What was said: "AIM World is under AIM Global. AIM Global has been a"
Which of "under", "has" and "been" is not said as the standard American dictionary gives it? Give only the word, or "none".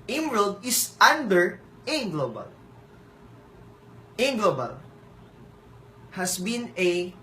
has